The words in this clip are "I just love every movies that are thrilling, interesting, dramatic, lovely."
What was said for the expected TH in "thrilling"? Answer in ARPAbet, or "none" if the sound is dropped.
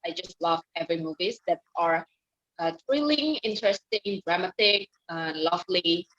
T